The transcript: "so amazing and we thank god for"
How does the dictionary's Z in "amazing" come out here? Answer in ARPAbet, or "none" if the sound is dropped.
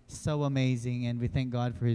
Z